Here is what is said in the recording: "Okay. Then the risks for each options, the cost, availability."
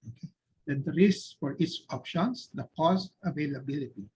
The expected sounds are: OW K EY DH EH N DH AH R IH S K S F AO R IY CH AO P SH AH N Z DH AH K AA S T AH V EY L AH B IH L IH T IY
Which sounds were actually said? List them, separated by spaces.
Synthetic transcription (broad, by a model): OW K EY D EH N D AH R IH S S F AO R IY S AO P SH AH N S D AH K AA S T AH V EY L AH B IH L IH T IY